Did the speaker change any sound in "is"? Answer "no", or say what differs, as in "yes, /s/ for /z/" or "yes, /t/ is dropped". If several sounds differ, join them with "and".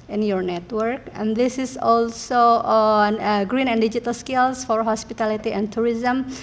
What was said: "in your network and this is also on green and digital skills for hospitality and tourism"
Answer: yes, /s/ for /z/